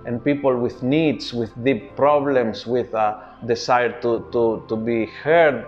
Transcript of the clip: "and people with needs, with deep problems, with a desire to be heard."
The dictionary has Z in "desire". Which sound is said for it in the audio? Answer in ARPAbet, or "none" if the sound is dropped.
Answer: S